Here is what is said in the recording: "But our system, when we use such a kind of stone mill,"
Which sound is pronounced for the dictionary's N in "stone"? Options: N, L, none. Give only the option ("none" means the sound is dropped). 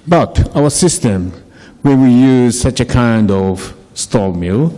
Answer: L